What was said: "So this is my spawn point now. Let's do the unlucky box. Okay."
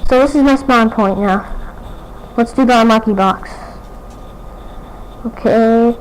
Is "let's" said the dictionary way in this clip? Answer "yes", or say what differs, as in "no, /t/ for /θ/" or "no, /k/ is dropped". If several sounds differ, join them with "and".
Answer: no, /w/ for /l/